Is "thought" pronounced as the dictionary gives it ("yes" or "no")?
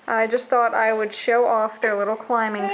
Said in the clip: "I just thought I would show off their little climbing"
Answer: yes